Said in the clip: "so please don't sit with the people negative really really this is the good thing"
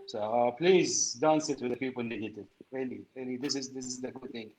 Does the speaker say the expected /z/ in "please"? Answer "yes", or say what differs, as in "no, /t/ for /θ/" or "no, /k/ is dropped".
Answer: yes